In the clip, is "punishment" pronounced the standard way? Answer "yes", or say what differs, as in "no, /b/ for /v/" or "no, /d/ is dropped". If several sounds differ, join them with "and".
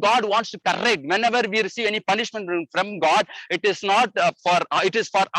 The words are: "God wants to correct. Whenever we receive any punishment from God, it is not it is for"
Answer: yes